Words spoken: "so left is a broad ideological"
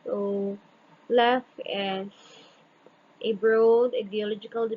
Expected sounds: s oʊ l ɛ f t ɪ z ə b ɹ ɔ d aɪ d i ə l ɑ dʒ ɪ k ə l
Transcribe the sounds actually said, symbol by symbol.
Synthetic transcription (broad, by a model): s oʊ l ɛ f ɪ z ə b ɹ ɔ d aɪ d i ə l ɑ dʒ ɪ k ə l